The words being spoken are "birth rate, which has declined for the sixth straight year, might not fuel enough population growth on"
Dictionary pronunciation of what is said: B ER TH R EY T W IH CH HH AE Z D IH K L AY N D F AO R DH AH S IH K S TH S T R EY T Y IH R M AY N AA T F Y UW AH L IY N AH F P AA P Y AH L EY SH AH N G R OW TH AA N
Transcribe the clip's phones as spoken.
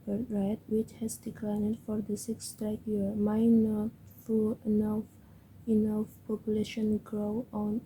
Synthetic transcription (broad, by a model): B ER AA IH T W IH CH HH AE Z D IH K L AY N D F AO R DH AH S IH K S S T EY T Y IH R M AY N AA T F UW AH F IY N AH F P AA P Y AH L EY SH AH N G R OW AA N